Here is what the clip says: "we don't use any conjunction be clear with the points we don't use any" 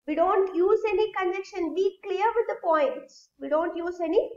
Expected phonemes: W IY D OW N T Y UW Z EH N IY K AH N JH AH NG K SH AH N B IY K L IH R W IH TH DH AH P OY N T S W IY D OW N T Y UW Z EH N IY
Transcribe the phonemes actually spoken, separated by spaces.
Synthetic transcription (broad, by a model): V IY D OW N T Y UW Z EH N IY K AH N EH K SH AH N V IY K L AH R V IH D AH P OY N T S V IY D OW N T Y UW Z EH N IY